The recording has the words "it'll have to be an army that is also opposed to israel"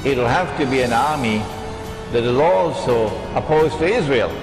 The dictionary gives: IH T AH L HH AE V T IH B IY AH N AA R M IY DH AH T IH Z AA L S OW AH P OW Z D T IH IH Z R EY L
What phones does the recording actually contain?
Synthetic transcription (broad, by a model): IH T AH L HH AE F T IH B IY AH N AA R M IY DH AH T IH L AA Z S OW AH P OW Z T IH IH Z R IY L